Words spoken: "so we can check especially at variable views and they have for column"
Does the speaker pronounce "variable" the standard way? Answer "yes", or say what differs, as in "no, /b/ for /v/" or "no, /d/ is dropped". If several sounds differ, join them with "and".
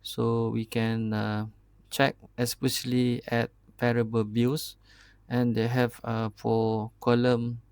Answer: no, /p/ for /v/